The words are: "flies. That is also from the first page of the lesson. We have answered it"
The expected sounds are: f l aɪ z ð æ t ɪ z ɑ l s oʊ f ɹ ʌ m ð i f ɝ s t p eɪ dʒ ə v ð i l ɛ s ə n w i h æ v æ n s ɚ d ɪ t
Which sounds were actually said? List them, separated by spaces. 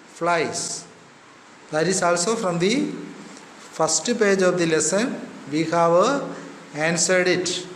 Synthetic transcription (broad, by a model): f l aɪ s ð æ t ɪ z ɑ l s oʊ f ɹ ʌ m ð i f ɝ s t p eɪ dʒ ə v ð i l ɛ s ə n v i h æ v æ n s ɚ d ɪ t